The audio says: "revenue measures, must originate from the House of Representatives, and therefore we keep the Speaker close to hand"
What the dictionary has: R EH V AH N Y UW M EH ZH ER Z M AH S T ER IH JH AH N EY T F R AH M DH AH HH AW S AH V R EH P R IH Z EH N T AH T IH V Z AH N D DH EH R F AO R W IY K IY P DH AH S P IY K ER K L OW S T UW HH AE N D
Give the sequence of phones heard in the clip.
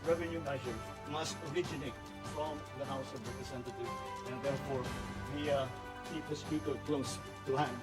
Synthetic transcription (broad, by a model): R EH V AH N Y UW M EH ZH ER M AH S T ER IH JH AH N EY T F R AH M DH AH HH AW S AH V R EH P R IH S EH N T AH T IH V AH N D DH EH R F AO R W IY K IY P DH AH S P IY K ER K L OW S T UW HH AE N